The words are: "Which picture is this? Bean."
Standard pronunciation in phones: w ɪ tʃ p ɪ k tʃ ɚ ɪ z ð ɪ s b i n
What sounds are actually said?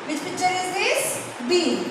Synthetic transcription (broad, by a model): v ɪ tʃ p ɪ tʃ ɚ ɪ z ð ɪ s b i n